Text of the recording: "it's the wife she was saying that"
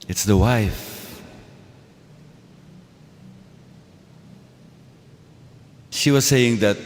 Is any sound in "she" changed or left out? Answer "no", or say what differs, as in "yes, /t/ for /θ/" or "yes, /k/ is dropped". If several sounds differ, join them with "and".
no